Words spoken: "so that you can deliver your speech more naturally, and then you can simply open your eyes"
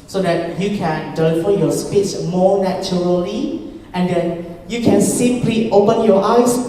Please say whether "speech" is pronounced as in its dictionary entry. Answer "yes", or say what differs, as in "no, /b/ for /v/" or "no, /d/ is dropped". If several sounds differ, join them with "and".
no, /s/ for /tʃ/